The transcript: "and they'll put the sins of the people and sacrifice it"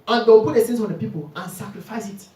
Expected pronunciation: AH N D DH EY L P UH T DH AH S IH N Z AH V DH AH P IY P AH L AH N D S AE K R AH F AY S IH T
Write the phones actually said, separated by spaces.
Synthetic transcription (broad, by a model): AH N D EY W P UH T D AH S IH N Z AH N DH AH P IY P AH L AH N S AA K R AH F AY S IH T